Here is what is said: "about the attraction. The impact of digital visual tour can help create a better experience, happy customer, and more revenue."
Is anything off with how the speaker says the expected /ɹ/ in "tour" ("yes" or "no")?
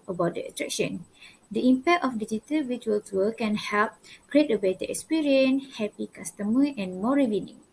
yes